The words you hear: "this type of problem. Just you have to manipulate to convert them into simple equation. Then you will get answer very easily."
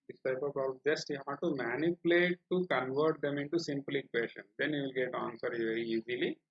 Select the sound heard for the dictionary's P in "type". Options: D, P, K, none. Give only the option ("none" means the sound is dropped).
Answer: none